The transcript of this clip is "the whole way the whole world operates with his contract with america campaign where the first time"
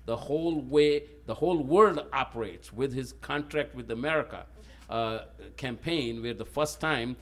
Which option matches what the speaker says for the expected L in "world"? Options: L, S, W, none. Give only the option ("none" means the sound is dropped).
L